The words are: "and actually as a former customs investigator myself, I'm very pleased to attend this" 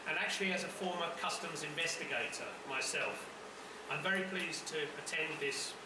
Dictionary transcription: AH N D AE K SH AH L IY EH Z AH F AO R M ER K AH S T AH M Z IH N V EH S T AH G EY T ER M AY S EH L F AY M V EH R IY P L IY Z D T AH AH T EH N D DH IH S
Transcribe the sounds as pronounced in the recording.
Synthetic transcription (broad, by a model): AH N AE K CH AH L IY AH Z AH F AO M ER K AH S T AH M Z IH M V EH S T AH G EY T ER M AY S EH L F AY M V EH R IY P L IY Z T AH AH T EH N DH IH S